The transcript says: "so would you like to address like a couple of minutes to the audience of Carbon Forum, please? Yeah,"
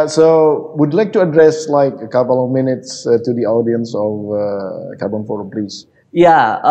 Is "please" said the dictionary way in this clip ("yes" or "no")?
no